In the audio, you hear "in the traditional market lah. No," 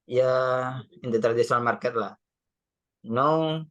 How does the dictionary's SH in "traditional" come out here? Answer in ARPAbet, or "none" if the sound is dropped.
S